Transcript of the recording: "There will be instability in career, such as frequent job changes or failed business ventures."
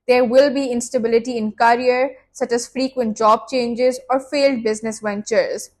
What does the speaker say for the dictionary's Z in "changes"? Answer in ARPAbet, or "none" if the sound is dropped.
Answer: Z